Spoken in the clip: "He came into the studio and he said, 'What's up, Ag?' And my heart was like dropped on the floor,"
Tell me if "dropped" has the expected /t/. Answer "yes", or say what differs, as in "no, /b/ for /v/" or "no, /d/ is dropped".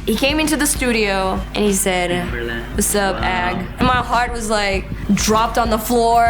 yes